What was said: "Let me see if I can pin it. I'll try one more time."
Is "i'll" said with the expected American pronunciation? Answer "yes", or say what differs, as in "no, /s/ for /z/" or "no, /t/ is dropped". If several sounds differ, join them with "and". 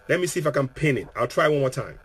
yes